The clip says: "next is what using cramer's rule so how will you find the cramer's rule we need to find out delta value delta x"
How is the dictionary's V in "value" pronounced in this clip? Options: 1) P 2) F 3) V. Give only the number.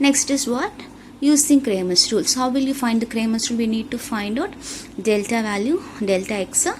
3